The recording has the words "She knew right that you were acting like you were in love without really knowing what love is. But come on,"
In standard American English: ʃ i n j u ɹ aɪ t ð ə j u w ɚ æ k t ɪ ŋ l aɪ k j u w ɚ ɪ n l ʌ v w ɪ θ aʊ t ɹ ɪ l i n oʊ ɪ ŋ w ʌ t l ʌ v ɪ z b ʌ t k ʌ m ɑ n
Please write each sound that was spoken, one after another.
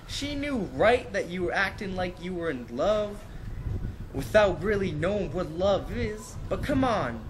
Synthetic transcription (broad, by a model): ʃ i n j u ɹ aɪ t ð ə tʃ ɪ w ɚ æ k t ɪ ŋ l aɪ k j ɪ w ɚ ɪ n l ʌ v w ɪ θ aʊ t ɹ ɪ l i n oʊ ɪ ŋ w ʌ t l ʌ v ɪ z b ʌ t k ʌ m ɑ n